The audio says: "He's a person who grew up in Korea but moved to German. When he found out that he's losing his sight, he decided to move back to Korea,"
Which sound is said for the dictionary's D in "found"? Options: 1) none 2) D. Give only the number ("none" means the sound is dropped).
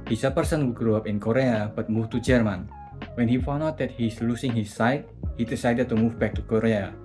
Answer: 1